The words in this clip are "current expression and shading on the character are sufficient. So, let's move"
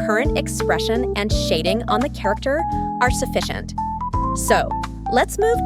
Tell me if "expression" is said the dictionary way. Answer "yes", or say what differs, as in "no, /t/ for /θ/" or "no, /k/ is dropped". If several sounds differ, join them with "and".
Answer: yes